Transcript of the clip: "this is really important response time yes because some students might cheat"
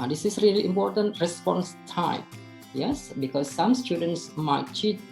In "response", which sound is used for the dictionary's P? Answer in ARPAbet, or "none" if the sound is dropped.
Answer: P